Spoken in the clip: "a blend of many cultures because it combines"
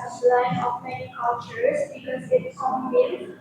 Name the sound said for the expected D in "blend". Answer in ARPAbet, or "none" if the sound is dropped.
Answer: none